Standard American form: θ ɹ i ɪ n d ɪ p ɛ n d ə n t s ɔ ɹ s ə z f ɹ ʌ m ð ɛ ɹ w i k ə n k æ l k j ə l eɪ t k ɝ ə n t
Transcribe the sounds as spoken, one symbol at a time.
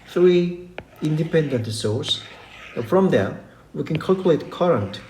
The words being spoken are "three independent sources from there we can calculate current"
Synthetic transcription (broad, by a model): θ ɹ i ɪ n d ɪ p ɛ n d ə n t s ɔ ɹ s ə f ɹ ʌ m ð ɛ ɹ w i k ə n k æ l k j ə l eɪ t k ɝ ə n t